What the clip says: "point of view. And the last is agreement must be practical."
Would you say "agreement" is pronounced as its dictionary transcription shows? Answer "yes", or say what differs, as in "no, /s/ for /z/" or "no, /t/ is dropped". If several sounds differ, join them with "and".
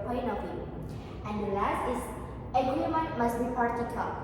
no, /ɹ/ is dropped